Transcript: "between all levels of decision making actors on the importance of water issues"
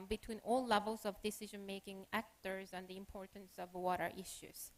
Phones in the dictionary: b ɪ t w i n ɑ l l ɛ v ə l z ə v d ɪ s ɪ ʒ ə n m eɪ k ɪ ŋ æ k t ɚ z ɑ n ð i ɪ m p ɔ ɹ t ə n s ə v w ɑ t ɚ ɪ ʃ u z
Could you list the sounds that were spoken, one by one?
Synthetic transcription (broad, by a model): b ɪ t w i n ɑ l l ɛ v ə l z ə v d ɪ s ɪ ʒ ə n m eɪ k ɪ ŋ æ k t ɚ z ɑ n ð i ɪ m p ɔ ɹ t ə n s ə v w ɑ t ɚ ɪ ʃ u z